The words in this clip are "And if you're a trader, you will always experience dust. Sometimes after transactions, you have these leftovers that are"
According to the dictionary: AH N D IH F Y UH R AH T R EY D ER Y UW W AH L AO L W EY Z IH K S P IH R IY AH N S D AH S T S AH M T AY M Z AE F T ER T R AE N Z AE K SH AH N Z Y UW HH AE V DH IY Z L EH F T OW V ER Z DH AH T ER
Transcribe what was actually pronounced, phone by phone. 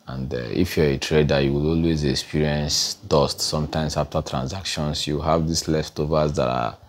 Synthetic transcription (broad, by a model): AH N D IH F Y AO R AH T R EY D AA Y UW W AH L AO L W EY Z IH K S P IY R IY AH N S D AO S T S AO M T AY M S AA F T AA T R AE N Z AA K SH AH N S Y UW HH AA V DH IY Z L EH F T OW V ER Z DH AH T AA